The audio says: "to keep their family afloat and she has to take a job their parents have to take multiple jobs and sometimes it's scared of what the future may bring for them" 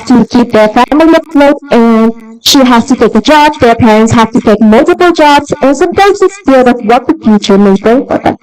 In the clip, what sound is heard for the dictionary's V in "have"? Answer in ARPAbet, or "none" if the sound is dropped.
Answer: F